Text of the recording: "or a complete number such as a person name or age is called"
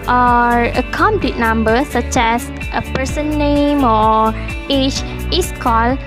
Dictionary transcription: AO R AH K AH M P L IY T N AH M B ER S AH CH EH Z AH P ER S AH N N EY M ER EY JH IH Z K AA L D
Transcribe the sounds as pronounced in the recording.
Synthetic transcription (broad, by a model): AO R AH K AH M P L IY T N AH M B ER S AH CH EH S AH P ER S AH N N EY M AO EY CH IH S K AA L